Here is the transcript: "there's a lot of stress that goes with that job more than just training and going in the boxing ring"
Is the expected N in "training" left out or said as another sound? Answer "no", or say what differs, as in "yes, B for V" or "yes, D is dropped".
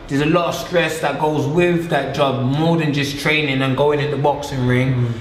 no